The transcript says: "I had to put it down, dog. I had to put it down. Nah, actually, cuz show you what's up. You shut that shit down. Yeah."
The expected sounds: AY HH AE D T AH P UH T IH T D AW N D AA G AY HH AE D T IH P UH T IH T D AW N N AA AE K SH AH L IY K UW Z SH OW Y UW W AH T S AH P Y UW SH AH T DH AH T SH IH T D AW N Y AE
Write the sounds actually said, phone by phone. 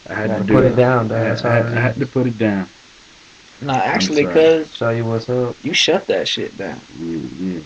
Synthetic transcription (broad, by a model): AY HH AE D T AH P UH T IH T D AW N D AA AY HH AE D T IH P UH T IH T D AW N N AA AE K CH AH L IY K UW Z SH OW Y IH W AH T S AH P Y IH SH AH T DH AH T SH IH T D AW N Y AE